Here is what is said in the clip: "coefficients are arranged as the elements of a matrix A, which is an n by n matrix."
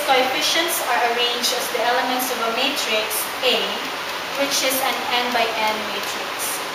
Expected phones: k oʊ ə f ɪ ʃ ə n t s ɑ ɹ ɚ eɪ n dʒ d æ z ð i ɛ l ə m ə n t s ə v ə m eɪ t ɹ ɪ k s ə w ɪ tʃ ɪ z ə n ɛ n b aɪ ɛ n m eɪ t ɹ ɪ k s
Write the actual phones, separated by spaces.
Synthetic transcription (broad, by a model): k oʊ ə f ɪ ʃ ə n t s ɑ ɹ ɚ eɪ n dʒ d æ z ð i ɛ l ə m ə n t s ə v ə m eɪ t ɹ ɪ k s ə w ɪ tʃ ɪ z ə n ɛ n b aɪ ɛ n m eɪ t ɹ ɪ k s